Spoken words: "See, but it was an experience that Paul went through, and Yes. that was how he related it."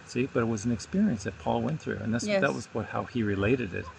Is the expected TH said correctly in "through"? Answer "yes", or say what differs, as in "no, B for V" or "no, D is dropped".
yes